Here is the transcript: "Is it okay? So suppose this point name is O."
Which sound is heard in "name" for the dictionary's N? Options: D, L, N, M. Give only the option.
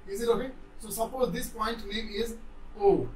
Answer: L